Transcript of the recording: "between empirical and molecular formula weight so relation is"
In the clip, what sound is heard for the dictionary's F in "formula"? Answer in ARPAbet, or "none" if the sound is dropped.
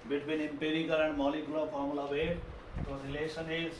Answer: P